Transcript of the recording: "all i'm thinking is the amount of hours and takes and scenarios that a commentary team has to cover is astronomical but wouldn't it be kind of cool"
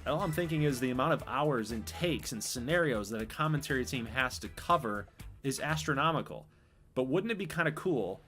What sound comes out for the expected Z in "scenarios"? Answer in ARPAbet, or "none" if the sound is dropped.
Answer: Z